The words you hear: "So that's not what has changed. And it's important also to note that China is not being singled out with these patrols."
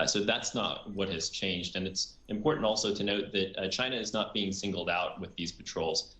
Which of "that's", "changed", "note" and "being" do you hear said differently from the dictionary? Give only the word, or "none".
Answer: none